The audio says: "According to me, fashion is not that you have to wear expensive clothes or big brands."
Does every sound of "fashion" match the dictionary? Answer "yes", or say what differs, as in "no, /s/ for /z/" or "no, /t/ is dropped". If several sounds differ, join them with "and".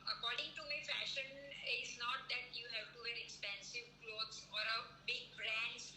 yes